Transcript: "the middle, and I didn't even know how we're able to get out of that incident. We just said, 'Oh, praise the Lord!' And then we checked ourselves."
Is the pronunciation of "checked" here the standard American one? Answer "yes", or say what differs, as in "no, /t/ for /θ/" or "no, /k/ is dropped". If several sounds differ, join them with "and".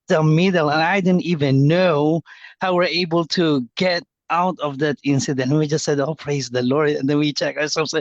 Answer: no, /t/ is dropped